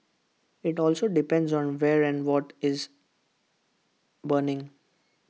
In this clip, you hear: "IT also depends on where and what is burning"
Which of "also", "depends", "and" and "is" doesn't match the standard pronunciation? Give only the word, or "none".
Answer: none